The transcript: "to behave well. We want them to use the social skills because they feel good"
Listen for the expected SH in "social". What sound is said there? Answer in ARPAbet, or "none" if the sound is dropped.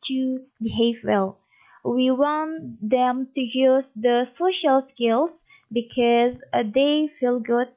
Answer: SH